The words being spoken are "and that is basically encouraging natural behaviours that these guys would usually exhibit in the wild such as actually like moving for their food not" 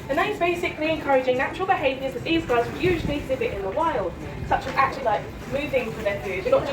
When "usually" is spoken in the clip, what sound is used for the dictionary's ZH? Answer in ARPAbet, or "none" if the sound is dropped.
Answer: ZH